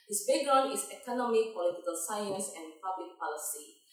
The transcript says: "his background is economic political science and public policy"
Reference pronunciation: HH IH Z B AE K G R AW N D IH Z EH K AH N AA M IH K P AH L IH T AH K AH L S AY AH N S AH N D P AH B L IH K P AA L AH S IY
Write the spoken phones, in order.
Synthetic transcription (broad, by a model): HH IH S B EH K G R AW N IH S EH K AH N AA M IH K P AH L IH T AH K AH L S AY AH N S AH N P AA B L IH K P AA L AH S IY